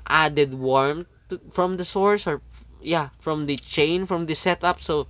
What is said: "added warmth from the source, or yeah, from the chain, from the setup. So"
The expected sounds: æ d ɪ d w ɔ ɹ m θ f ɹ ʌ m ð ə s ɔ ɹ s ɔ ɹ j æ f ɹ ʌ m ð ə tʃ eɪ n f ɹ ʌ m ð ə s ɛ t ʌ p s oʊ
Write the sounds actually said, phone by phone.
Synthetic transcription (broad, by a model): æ d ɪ d w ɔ ɹ m t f ɹ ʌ m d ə s ɔ ɹ s ɔ ɹ j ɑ f ɹ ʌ m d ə tʃ eɪ n f ɹ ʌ m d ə s ɛ t ʌ p s oʊ